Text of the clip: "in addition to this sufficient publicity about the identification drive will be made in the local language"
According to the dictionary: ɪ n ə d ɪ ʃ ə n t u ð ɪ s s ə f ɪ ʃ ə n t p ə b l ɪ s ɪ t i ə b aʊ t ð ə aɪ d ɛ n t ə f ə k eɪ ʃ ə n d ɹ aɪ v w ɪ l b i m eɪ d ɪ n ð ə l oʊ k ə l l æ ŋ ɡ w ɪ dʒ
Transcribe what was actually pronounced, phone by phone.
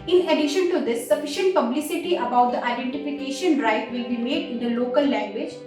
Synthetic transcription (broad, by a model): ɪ n ə d ɪ ʃ ə n t u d ɪ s s ə f ɪ ʃ ə n t p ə b l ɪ s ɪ t i ə b aʊ t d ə aɪ d ɛ n t ə f ə k eɪ ʃ ə n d ɹ aɪ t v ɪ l b i m eɪ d ɪ n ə l oʊ k ə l l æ ŋ ɡ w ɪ dʒ